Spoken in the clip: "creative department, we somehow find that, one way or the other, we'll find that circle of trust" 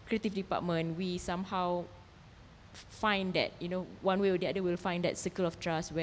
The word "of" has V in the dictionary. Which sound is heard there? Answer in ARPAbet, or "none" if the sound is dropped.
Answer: F